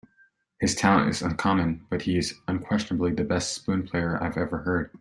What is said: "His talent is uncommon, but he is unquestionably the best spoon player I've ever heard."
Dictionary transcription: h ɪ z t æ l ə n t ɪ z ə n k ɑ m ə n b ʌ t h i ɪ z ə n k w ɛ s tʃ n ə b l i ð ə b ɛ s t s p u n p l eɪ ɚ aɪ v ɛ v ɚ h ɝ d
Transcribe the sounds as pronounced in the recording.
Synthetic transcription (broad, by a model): h ɪ z t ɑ ə n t ɪ z ə n k ɑ m ə n b ʌ t h i ɪ z ə n k w ɛ s tʃ n ə b l i ð ə b ɛ s t s p u n p l eɪ ɚ aɪ v ɛ v ɚ h ɝ d